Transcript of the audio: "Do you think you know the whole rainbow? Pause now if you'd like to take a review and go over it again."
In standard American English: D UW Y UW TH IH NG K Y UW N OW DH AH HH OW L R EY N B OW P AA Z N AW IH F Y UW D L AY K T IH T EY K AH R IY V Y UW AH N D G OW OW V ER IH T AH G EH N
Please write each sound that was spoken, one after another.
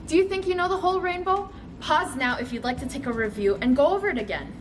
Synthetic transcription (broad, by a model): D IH Y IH TH IH NG K Y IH N OW DH AH HH OW L R EY N B OW P AA Z N AW IH F Y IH D L AY K T IH T EY K AH R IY V Y UW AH N G OW OW V ER IH T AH G EH N